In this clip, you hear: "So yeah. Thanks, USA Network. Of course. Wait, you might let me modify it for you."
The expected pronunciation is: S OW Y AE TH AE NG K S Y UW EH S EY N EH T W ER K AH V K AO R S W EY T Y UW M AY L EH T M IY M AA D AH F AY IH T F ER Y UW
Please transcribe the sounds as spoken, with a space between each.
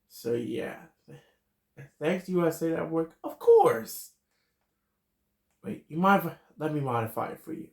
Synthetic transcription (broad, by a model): S OW Y AE TH AE NG K S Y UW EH S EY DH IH T W ER K AH V K AO R S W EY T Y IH M AY L EH T M IY M AA D AH F AY IH T F ER Y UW